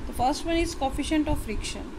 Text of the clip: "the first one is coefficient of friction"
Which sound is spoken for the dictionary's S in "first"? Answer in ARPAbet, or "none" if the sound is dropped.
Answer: S